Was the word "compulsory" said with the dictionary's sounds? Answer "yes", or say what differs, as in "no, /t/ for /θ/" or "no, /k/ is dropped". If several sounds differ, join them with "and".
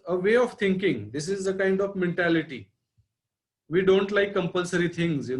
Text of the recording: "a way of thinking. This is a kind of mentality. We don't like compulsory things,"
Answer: yes